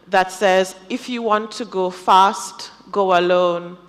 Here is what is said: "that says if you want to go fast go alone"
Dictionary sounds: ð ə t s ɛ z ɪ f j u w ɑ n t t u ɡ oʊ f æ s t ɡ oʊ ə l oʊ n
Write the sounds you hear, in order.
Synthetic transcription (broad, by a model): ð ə t s ɛ z ɪ f j u w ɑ n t t u ɡ oʊ f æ s t ɡ oʊ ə l oʊ n